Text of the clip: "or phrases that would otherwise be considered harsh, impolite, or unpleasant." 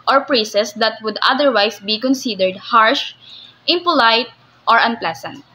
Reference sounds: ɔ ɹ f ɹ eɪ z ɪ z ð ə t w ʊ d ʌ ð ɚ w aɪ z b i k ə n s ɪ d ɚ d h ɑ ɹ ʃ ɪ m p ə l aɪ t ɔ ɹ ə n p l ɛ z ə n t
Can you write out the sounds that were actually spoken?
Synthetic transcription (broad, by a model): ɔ ɹ p ɹ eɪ s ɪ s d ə t w ʊ d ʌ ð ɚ w aɪ s b i k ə n s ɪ d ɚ d h ɑ ɹ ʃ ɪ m p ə l aɪ t ɔ ɹ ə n p l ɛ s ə n t